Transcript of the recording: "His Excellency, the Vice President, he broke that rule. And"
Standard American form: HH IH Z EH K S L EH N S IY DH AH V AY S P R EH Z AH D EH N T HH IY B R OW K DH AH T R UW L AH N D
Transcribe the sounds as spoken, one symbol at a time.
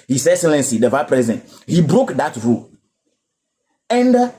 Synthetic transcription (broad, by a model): HH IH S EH S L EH N S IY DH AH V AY P R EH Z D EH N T HH IY B R OW K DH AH T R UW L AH N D